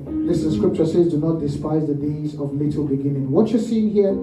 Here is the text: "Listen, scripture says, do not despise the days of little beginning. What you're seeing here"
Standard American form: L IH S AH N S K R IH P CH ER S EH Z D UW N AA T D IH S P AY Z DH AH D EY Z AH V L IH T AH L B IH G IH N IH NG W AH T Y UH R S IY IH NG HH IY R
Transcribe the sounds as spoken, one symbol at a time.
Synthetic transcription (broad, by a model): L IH S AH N S K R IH P CH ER S EH Z D UW N AA T D IH S P AY Z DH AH D EY Z AH V L IH T AH L B IH G IH N IH NG W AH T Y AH S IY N HH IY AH